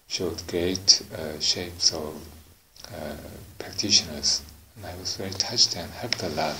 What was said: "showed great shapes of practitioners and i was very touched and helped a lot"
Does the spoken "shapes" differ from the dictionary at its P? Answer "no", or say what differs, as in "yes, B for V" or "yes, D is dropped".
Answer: no